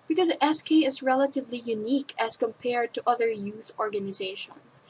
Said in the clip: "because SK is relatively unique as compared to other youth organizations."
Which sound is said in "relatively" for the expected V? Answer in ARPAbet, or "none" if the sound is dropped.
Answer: V